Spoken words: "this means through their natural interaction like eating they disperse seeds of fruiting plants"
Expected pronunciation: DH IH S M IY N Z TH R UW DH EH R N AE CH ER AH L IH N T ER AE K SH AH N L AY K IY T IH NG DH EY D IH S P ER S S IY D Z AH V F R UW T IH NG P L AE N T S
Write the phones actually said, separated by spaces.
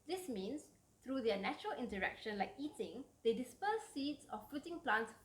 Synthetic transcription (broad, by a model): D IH S M IY N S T R UW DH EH N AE CH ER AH L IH N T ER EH K SH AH N L AY K IY T IH NG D EY D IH S P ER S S IY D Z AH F UW T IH NG P L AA N T S